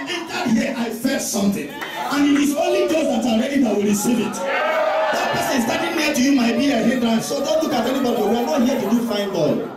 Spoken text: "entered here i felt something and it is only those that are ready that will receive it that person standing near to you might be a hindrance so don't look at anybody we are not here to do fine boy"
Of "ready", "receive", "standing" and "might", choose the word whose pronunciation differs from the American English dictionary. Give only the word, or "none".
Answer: standing